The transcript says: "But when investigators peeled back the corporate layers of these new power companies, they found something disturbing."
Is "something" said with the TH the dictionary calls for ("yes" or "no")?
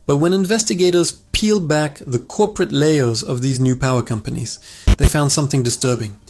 yes